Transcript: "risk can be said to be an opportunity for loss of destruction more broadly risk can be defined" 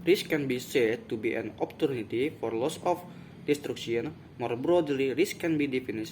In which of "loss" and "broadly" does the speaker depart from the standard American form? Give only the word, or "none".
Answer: none